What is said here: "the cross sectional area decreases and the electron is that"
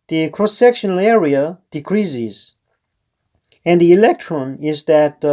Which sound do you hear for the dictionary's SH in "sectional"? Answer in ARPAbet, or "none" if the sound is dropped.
SH